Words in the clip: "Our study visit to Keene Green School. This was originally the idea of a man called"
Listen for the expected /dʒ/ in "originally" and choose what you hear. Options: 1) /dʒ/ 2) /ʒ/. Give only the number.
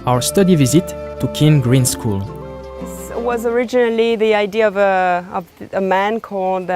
1